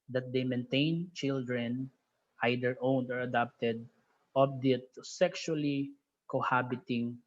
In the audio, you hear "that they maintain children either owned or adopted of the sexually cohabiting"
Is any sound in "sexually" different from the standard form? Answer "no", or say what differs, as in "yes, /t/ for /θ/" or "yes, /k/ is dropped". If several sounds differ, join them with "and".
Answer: no